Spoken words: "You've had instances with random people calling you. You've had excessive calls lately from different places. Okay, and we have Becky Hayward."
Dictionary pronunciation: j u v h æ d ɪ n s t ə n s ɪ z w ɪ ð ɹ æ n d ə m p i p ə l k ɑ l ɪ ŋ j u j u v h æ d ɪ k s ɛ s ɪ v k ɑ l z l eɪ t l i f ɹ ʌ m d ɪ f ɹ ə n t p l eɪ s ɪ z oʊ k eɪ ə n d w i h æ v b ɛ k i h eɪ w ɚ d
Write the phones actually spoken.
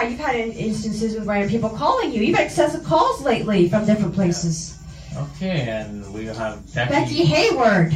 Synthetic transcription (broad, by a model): j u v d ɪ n ɪ n s t ə n s ɪ z w ɪ ð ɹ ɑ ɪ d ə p i p l k ɑ l ɪ ŋ j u j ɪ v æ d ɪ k s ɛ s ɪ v k ɑ l z l eɪ t l i f ɹ ʌ m d ɪ f ɹ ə n p l eɪ s ɪ z oʊ k eɪ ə n w i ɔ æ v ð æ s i h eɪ w ɚ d